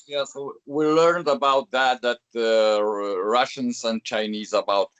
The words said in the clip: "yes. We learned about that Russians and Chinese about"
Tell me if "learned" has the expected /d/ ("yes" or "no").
yes